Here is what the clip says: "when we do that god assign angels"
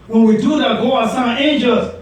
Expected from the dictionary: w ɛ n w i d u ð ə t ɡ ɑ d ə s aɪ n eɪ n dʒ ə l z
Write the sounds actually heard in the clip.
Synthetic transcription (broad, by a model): w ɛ n w i d u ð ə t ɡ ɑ ə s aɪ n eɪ n dʒ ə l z